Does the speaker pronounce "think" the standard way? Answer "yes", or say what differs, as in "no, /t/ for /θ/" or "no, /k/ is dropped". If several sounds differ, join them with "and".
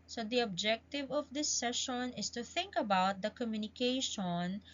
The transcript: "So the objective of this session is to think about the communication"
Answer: yes